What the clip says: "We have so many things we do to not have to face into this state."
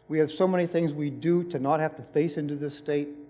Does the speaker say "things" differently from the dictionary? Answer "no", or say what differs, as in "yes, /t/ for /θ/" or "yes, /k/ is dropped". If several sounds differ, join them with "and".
no